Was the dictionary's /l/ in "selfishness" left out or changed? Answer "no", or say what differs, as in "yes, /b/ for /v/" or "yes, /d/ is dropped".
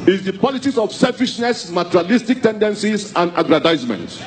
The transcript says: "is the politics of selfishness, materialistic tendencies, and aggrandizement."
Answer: no